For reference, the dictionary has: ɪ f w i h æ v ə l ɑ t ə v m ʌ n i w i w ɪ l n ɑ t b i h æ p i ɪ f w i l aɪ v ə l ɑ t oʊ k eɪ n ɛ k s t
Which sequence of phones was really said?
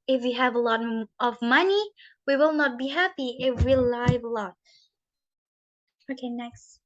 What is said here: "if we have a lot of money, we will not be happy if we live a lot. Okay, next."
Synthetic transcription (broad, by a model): ɪ f w i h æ v ə l ɑ t ə v m ʌ n i w i w ɪ l n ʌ t b i h æ p i ɪ f w i l aɪ v ə l ɑ t oʊ k eɪ n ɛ k s t